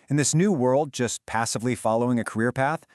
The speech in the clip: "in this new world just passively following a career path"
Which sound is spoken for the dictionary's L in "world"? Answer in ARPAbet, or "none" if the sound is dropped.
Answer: L